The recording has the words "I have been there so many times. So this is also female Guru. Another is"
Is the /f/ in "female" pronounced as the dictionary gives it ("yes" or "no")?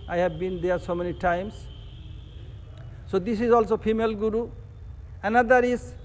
no